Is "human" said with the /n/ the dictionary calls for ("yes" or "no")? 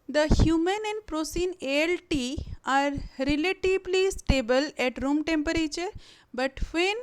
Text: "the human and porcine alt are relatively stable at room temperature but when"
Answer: yes